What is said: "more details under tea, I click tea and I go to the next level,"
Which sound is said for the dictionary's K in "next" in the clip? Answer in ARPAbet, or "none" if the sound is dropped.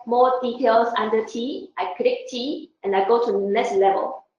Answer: none